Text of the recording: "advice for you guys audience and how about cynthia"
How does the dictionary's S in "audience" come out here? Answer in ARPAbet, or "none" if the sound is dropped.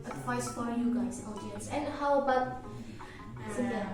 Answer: S